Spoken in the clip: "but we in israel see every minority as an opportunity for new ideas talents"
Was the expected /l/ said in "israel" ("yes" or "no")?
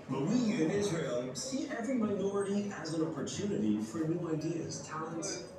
yes